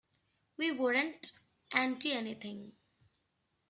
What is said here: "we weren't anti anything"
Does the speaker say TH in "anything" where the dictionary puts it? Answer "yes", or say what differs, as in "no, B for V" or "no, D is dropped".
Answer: no, T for TH